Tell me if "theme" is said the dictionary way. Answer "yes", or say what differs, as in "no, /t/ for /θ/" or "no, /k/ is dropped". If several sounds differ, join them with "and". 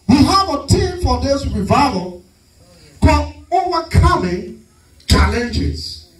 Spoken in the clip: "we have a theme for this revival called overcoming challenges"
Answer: no, /t/ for /θ/